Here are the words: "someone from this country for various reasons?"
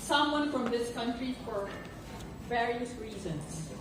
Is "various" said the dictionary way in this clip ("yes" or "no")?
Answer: yes